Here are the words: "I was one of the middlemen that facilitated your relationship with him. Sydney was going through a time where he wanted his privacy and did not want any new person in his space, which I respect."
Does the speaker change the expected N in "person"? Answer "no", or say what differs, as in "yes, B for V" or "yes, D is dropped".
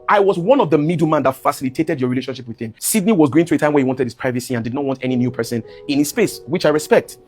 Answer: no